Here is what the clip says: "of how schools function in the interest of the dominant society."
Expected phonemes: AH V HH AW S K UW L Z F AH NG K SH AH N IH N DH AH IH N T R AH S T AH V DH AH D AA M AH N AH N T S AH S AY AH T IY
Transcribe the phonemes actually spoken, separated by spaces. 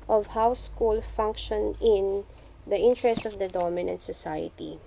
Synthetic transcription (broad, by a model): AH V HH AW S K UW L F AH NG K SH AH N IH N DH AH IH N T R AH S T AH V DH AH D AA M AH N AH N T S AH S AY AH T IY